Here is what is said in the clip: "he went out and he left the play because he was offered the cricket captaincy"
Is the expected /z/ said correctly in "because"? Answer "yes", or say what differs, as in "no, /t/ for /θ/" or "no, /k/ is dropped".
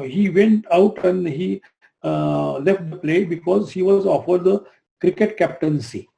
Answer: yes